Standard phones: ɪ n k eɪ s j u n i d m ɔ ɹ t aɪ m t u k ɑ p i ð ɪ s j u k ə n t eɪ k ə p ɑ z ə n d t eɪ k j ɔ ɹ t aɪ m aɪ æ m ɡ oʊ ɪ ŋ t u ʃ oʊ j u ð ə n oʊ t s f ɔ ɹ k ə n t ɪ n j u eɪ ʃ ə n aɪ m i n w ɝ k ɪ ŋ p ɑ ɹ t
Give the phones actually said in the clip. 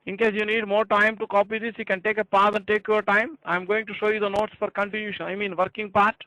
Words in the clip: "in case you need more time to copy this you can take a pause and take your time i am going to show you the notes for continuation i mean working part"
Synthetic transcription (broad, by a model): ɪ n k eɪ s j u n i d m ɔ ɹ t aɪ m t u k ɑ p i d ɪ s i k ə n t eɪ k ə p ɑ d ə n d t eɪ k j ɔ ɹ t aɪ m aɪ m ɡ oʊ ɪ ŋ t u ʃ oʊ j u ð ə n oʊ t s f ɔ ɹ k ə n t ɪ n j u ʃ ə n aɪ m i n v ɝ k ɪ ŋ p ɑ ɹ t